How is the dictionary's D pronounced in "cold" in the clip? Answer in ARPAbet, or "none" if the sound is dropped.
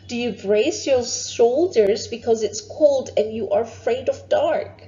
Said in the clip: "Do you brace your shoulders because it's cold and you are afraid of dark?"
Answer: D